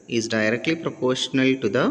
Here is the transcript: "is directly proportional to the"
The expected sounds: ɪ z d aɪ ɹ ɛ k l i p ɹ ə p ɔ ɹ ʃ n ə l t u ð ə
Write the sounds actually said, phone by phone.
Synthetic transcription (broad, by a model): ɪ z d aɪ ɹ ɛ k l i p ɹ ə p ɔ ɹ ʃ n ə l t u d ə